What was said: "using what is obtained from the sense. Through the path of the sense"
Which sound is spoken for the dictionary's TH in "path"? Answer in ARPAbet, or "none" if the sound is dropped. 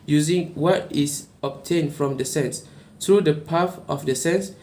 F